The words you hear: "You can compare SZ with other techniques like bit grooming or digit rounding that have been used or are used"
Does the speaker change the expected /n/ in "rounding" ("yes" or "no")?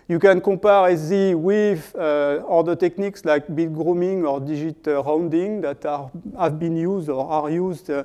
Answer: no